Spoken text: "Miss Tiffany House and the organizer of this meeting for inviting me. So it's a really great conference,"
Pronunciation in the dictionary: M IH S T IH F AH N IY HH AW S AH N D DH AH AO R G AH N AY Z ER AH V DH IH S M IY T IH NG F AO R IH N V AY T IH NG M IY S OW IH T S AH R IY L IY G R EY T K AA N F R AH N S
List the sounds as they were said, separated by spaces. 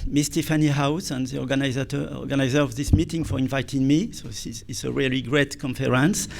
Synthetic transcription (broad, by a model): M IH S T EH F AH N IY HH AW S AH N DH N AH AO R G AH N AY Z ER AH V DH IH S M IY T IH NG F AO R IH N V AY T IH NG M IY S OW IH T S AH R IY L IY G R EY T K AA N F R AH N S